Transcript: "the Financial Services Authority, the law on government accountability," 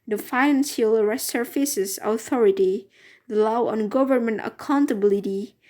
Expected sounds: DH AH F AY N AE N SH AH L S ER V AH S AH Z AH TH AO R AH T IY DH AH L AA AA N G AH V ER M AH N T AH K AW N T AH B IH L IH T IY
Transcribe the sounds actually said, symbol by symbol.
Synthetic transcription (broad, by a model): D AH F AY N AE N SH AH L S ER F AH S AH S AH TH AO R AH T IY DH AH L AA AA N G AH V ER M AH N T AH K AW N T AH B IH L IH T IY